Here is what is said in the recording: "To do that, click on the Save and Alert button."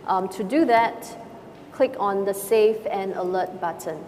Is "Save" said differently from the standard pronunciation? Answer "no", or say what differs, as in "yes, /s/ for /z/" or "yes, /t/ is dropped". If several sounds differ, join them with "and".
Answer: yes, /f/ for /v/